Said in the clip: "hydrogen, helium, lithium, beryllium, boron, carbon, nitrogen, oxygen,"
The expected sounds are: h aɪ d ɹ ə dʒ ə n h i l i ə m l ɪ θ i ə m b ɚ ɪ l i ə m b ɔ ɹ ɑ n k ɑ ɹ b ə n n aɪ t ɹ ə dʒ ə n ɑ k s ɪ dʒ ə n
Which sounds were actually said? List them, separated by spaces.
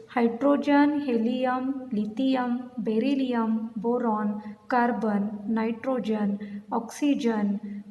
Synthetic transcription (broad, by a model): h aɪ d ɹ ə dʒ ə n h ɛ l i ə m l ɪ t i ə m b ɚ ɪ l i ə m b ɔ ɹ ɑ n k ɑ ɹ b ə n n aɪ t ɹ ə dʒ ə n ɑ k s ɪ dʒ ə n